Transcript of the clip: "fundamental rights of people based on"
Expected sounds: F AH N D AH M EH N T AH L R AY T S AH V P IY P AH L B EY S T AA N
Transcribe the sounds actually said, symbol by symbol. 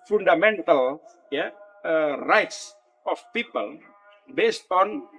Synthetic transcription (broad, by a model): F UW N D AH M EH N T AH L R AY T S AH F P IY P AH L B EY S T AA N